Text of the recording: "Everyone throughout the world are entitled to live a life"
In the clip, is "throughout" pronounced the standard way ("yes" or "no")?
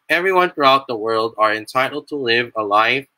yes